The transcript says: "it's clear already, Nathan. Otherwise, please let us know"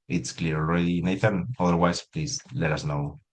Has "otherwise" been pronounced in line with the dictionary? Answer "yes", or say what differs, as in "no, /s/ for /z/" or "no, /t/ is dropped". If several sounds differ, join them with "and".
no, /s/ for /z/